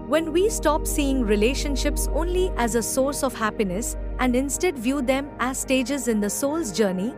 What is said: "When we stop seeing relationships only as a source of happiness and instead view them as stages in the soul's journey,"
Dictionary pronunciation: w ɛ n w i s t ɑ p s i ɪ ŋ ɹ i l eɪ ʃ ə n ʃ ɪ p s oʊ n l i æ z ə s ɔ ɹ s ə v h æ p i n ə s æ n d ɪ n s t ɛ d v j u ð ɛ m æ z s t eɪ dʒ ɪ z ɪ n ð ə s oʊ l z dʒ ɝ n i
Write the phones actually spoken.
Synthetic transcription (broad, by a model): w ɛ n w i s t ɑ p s i ɪ ŋ ɹ i l eɪ ʃ ə n ʃ ɪ p s oʊ n l i æ z ə s ɔ ɹ s ə v h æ p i n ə s æ n d ɪ n s t ɛ d v j u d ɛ m æ z s t eɪ dʒ ɪ z ɪ n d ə s oʊ l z dʒ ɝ n i